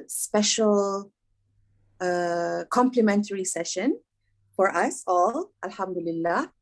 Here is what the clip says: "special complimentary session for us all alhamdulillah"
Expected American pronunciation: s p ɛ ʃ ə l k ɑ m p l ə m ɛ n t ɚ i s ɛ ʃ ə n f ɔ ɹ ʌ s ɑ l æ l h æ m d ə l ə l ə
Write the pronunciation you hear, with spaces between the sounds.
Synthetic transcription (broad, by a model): s p ɛ ʃ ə l k ɑ m p l ə m ɛ n t ɚ i s ɛ ʃ ə n f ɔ ɹ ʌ s ɑ l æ l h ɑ m d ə l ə l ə